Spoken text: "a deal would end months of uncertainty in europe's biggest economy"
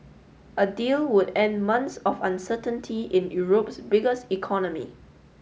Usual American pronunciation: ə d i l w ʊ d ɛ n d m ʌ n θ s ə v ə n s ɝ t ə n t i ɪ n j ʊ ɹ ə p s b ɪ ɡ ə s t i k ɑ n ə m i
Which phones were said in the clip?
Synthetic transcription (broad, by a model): ə d i l w ʊ d ɛ n d m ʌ n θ s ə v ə n s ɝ t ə n t i ɪ n j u ɹ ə p s b ɪ ɡ ə s t i k ɑ n ə m i